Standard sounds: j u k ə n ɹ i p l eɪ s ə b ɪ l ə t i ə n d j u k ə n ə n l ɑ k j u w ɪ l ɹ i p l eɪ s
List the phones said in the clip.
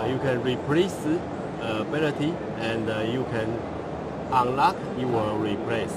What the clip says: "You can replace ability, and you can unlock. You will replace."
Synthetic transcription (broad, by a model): j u k ə n ɹ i p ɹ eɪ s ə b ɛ n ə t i ə n d j u k ə n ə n l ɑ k j u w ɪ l ɹ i p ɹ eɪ s